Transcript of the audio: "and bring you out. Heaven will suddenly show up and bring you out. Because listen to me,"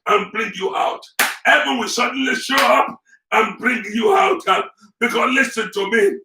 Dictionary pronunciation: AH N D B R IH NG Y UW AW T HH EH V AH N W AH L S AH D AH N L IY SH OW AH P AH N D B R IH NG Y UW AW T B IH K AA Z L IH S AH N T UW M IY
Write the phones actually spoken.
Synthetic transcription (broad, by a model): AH N B R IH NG Y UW AW T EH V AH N W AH S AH D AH N L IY SH OW AH P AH N B R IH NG Y UW AW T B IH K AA L IH S AH N T UW M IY